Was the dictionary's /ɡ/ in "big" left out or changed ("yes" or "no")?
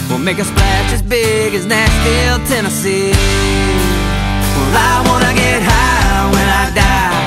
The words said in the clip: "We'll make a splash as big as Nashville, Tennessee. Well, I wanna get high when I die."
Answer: no